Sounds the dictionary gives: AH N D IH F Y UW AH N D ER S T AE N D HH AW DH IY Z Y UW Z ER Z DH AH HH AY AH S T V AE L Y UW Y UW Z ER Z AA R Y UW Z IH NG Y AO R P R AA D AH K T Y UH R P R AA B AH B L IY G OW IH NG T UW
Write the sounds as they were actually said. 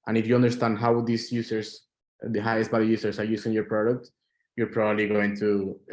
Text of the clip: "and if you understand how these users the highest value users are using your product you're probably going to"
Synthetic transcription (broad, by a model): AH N IH F Y UW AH N D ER S T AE N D HH AW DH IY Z Y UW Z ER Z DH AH HH AY AH S T B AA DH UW Y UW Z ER S AA R Y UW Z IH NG Y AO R P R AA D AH K T Y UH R P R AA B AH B L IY G OW IH NG T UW